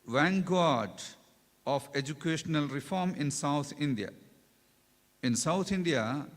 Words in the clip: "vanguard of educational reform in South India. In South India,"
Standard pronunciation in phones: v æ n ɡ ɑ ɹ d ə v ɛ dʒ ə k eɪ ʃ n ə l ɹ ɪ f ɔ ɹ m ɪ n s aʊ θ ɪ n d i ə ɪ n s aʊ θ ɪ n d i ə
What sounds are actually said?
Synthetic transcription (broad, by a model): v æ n ɡ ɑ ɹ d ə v ɛ dʒ ə k eɪ ʃ n ə l ɹ ɪ f ɔ ɹ m ɪ n s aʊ t ɪ n d i ə ɪ n s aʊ t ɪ n d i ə